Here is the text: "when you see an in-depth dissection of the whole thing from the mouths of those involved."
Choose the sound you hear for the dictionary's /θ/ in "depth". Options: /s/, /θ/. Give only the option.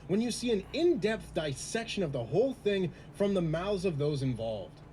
/θ/